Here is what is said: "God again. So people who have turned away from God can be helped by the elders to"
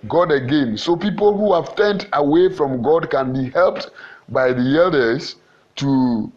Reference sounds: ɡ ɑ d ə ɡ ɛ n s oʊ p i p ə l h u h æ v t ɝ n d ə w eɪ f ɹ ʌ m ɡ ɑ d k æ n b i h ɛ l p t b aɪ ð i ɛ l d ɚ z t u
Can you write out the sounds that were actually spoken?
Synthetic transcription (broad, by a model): ɡ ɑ d ə ɡ ɛ n s oʊ p i p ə l h u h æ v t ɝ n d ə w eɪ f ɹ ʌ m ɡ ɑ d k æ n b i h ɛ l p t b aɪ ð i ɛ l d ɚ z t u